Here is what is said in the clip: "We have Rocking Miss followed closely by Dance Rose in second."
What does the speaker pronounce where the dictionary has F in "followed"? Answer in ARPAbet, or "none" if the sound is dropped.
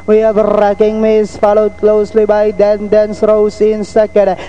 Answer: F